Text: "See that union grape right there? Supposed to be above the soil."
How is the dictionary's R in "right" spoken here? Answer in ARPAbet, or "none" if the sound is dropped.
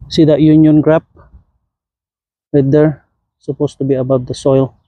W